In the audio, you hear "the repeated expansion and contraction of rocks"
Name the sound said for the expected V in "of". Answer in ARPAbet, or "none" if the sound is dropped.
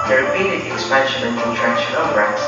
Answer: B